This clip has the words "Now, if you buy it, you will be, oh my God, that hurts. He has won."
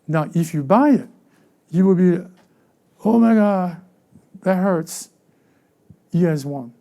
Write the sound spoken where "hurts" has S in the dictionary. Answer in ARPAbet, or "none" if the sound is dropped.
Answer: S